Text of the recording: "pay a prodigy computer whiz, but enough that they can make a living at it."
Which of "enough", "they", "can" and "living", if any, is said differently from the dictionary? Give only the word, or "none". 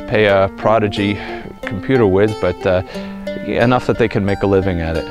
none